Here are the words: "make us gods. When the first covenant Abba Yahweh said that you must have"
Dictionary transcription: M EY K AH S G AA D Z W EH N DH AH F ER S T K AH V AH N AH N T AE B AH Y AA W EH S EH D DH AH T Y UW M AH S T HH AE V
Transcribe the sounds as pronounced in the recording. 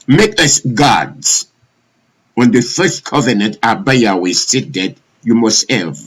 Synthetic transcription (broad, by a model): M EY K AH S G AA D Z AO N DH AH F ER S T K AH V AH N AH N T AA B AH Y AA W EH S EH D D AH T Y UW M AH S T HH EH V